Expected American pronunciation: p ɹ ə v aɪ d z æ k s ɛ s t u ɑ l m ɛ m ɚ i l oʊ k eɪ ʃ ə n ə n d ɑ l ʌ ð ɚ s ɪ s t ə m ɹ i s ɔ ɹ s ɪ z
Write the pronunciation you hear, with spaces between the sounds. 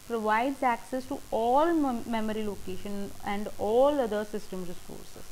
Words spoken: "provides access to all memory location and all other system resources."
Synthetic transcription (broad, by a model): p ɹ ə v aɪ d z æ k s ɛ s t u ɑ l m ɛ m ɚ i l oʊ k eɪ ʃ ə n ə n d ɑ l ʌ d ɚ s ɪ s t ə m ɹ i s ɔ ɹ s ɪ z